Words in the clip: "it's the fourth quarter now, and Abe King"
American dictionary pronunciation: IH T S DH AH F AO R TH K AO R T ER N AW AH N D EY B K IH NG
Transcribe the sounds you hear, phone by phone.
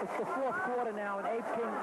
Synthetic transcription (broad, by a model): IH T S DH AH F AO R TH K AO R T ER N AW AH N EY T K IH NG